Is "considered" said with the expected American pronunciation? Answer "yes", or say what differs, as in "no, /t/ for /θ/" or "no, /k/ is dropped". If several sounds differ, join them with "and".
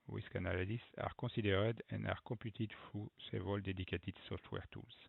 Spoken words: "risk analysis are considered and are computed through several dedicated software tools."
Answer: no, /n/ is dropped